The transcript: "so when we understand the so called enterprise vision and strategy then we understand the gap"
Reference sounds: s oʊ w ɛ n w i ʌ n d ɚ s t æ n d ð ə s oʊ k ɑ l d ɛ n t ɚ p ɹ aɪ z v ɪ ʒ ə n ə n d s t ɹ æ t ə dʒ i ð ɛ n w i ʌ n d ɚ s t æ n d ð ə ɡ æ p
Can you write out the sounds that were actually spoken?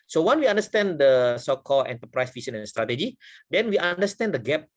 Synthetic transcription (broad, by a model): s oʊ w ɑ n w i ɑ n d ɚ s t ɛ n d ə s oʊ k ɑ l ɛ n t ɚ p ɹ aɪ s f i s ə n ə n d s t ɹ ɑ t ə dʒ i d ɛ n w i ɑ n d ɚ s t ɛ n d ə ɡ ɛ p